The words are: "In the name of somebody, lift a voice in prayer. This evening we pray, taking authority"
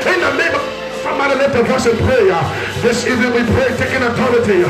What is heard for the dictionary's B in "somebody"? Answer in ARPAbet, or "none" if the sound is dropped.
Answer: none